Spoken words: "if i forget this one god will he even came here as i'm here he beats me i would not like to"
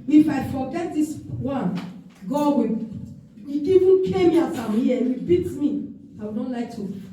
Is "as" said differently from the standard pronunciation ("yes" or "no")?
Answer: yes